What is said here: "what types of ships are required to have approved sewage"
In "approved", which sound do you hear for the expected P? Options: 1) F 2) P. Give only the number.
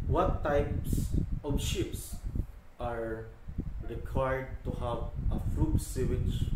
1